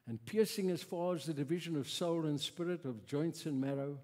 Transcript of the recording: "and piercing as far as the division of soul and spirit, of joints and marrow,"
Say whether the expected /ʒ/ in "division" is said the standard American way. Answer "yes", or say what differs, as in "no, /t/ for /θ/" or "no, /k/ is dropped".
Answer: yes